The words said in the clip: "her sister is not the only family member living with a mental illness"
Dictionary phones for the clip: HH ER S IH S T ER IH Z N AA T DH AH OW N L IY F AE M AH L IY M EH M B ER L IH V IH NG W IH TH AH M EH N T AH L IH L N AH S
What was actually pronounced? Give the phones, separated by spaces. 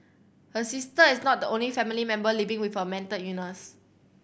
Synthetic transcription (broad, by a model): HH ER S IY S T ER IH S N AA T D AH OW N L IY F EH M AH L IY M EH M B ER L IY V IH NG W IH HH AH M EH N T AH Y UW N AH S